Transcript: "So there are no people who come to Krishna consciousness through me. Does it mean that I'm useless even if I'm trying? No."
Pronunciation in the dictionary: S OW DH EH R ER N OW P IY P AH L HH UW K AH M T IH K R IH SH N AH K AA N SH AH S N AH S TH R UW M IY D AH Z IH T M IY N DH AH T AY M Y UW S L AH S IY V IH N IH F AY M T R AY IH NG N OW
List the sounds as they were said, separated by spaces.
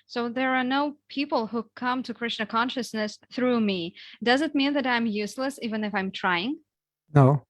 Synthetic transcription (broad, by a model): S OW DH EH R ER N OW P IY P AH L HH UW K AH M T IH K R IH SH N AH K AA N SH AH S N AH S TH R UW M IY D AH Z IH T M IY N DH AH T AY M Y UW S L AH S IY V IH N IH F AY M T R AY IH NG N OW